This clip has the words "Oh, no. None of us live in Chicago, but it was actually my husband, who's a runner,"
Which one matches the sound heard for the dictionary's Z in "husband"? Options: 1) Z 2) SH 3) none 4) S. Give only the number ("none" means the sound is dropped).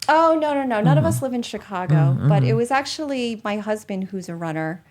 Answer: 1